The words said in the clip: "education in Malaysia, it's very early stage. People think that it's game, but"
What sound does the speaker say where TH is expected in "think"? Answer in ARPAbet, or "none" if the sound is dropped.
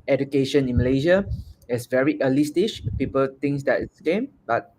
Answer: T